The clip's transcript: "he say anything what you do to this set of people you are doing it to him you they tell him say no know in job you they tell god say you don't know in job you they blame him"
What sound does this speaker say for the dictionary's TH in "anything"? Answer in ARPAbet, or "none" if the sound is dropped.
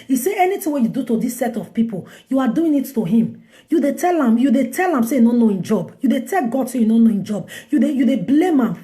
T